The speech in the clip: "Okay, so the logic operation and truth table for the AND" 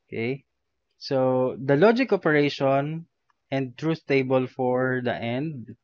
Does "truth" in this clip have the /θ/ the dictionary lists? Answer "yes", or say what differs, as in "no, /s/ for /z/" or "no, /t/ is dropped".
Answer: no, /s/ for /θ/